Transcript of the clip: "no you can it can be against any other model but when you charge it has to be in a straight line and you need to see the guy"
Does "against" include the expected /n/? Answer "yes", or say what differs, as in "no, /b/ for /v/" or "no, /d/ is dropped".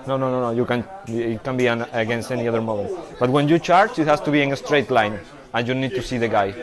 yes